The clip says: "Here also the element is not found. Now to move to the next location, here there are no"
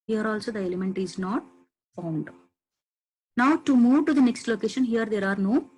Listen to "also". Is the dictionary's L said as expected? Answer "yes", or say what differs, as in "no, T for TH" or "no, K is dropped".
yes